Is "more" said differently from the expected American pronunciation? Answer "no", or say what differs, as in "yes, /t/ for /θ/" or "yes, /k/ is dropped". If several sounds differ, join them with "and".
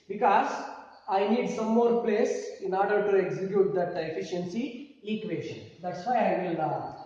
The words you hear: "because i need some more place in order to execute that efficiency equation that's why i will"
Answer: no